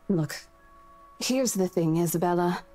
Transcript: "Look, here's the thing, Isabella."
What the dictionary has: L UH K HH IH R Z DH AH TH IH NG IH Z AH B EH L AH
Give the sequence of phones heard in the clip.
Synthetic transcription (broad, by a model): L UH K HH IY R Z DH AH TH IH NG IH Z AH B EH L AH